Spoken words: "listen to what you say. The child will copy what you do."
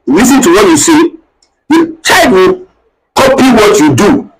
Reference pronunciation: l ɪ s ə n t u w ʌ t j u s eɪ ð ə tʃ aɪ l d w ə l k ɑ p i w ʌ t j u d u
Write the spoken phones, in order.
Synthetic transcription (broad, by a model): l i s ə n t u w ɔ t j u s eɪ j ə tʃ aɪ d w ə k ɑ p i w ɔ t j u d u